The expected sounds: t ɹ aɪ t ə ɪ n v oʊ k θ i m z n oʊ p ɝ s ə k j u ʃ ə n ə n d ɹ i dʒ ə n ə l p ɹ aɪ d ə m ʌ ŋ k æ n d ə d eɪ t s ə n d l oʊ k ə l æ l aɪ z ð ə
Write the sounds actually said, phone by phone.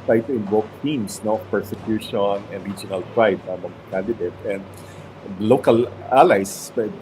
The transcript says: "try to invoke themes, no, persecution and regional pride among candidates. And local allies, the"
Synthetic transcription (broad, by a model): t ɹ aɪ t ə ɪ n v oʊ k t i m s n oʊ p ɝ s ə k j u ʃ ə n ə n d ɹ i dʒ ə n ə l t ɹ aɪ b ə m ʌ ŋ k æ n d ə d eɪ t ə n d l oʊ k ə l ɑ l aɪ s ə